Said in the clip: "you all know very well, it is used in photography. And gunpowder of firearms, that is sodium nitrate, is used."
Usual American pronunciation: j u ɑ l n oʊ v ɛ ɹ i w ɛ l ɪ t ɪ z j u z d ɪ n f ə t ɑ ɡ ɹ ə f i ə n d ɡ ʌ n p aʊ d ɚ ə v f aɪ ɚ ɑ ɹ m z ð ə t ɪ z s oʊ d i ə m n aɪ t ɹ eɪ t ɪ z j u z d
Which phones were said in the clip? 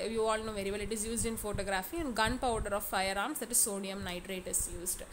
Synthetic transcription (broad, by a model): j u ɑ l n oʊ v ɛ ɹ i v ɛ l ɪ t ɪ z j u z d ɪ n f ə t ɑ ɡ ɹ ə f i ə n d ɡ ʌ n p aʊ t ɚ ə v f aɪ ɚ ɑ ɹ m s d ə t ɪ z s oʊ d i ə m n aɪ t ɹ eɪ t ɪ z j u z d